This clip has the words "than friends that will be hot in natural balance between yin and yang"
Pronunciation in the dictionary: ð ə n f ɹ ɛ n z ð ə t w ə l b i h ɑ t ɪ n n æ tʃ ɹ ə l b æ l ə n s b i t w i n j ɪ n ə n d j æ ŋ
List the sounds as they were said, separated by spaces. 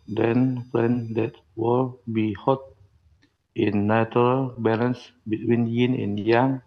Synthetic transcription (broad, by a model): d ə n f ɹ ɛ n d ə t w ə l b i h ɑ t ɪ n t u ɹ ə l b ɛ l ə n s b i t w i n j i n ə n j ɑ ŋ